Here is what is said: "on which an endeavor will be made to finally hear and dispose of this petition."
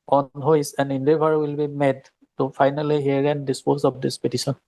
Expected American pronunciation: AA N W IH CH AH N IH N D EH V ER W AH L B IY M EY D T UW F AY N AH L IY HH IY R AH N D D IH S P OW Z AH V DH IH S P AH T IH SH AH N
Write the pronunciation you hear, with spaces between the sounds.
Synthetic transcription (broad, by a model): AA N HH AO S AH N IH N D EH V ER W AH L B IY M EY D T UW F AY N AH L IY HH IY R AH N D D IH S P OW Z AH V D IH S P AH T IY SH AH N